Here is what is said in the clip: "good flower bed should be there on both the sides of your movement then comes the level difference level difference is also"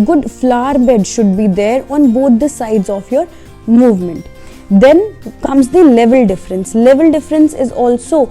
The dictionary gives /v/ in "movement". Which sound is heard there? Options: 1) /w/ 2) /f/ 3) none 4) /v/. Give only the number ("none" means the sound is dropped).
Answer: 4